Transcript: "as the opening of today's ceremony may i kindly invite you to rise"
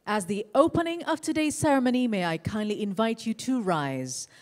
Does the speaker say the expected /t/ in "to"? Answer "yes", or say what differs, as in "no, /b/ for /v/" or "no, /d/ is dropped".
yes